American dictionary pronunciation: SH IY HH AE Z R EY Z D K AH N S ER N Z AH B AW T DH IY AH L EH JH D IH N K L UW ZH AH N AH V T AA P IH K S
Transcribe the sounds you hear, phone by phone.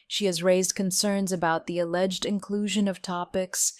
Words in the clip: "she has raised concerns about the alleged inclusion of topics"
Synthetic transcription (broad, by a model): SH IY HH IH Z R EY Z D K AH N S ER N Z AH B AW T DH IY AH L EH JH D IH N K L UW ZH AH N AH V T AA P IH K S